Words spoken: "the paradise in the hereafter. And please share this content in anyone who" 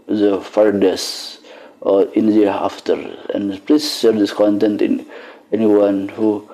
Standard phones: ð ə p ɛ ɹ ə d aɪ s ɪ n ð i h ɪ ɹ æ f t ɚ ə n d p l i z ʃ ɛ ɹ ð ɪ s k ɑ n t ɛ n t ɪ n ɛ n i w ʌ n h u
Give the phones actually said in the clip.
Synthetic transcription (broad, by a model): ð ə f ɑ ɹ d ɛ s ɪ n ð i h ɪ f t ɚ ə n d p l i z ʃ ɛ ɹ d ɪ s k ɑ n t ɛ n t ɪ n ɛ n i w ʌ n h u